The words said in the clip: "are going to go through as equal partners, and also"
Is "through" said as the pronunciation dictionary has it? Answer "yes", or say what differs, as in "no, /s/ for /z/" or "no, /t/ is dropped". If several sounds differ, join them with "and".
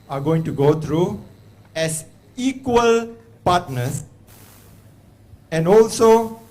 no, /t/ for /θ/